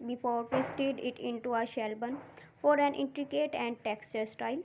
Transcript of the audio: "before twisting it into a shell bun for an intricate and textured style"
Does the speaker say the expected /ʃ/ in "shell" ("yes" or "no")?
yes